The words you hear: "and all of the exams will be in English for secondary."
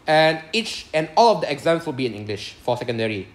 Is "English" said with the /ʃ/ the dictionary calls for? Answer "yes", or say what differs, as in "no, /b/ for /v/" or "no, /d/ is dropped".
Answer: yes